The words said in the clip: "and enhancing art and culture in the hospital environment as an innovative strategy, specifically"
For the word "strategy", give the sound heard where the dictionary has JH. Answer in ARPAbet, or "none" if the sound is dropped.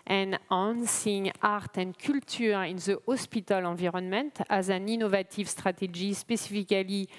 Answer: ZH